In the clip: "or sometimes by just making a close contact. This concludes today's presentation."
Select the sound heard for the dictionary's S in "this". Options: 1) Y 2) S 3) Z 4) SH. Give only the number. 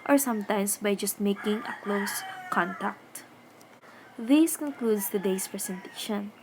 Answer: 2